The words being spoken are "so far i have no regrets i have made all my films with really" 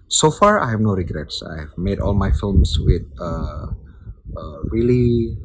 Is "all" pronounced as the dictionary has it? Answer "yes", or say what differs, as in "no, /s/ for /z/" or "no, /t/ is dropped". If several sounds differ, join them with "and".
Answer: yes